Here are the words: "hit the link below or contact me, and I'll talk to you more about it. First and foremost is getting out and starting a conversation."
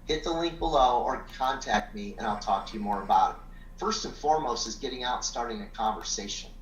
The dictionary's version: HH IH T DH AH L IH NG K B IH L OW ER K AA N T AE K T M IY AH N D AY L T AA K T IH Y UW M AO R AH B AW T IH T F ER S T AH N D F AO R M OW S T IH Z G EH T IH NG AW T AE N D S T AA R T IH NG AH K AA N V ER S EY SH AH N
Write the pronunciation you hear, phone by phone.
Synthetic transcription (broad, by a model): HH IH T DH AH L IH NG K B IH L OW ER K AA N T AE K T M IY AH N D AY L T AA K T IH Y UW M AO R AH B AW T IH T F ER S T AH N F AO R M OW S T IH Z G EH T IH NG AW T S T AA R T IH NG AH K AA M V ER S EY SH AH N